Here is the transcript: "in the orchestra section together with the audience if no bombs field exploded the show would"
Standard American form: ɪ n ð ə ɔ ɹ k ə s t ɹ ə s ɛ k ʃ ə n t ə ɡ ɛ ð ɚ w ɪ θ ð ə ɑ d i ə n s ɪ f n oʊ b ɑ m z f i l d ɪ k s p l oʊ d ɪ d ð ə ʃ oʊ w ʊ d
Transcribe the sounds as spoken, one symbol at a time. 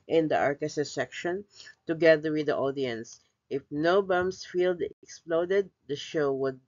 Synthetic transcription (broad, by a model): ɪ n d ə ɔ ɹ k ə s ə s ɛ k ʃ ə n t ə ɡ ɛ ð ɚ w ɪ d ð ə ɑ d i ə n s ɪ f n oʊ b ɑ m s f i l d ɪ k s p l oʊ d ɪ d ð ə ʃ oʊ w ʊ d